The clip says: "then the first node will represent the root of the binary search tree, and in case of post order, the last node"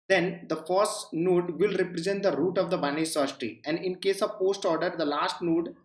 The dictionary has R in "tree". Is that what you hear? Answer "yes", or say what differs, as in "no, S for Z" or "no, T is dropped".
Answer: no, R is dropped